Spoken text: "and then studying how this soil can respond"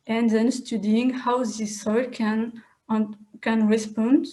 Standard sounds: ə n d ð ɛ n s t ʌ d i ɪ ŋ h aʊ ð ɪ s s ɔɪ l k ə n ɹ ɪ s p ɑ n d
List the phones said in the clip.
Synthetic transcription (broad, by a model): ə n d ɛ n s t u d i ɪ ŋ h aʊ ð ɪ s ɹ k n k ə n ɹ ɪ s p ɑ n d